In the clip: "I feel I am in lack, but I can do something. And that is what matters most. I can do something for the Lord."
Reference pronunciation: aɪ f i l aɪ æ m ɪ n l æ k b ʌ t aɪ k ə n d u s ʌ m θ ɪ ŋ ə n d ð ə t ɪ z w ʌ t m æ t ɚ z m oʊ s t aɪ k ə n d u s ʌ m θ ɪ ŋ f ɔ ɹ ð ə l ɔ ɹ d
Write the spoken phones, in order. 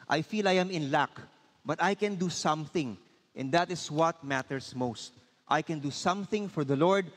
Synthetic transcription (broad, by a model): aɪ f i l aɪ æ m ɪ n l æ k b ʌ t aɪ k ə n d u s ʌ m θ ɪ ŋ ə n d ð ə t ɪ s w ʌ t m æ t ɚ s m oʊ s t aɪ k ə n d u s ʌ m θ ɪ ŋ f ɔ ɹ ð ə l ɔ ɹ d